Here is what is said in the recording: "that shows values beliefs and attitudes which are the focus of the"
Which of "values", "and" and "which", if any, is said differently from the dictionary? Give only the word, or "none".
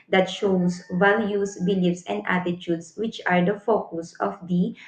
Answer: values